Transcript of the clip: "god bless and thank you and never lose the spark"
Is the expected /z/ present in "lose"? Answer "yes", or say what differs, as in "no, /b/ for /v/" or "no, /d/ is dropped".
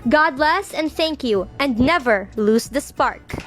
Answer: no, /s/ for /z/